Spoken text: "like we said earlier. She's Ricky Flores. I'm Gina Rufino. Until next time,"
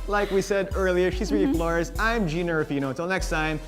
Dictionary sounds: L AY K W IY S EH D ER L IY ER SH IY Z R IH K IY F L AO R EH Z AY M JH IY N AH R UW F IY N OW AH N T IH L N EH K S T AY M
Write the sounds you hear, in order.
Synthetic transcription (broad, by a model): L AY K W IY S EH D ER L IY ER SH IY Z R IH IY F L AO R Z AY M JH IY N AH R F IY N OW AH T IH L N EH K S T AY M